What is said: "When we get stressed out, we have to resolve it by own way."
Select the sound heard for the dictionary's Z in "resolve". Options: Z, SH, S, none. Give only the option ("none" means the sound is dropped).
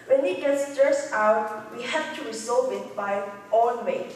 S